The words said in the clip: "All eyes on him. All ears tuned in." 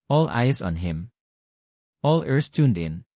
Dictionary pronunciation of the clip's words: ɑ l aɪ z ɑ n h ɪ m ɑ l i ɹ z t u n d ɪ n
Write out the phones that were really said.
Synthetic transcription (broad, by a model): ɑ l aɪ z ɑ n h ɪ m ɑ l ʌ ɹ s t u n d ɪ n